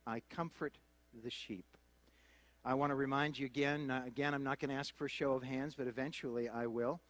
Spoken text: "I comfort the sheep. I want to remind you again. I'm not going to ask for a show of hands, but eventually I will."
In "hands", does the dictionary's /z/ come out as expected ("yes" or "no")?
yes